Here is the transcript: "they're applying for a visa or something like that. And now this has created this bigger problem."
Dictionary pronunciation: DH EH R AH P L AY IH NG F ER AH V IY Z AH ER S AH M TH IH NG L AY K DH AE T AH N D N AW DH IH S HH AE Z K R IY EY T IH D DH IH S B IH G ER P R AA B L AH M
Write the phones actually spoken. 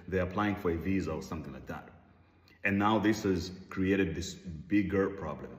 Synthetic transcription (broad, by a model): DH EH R AH P L AY IH NG F ER AH V IY Z AH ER S AH M TH IH NG L AY K DH AE T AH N N AW DH IH S HH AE Z K R IY EY T IH D DH IH S B IH G ER P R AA B L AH M